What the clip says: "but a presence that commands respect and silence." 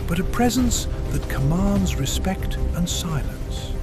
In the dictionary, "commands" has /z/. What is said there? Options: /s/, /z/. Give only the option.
/z/